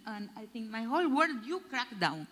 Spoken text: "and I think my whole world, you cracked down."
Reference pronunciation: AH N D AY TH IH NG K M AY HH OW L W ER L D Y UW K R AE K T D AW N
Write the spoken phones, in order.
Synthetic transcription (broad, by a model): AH N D AY T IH NG K M AY HH OW L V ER D Y UW K R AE K D AW N